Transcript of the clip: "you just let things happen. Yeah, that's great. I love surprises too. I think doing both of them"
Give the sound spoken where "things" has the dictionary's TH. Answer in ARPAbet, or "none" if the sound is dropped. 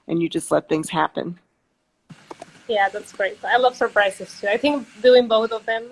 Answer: TH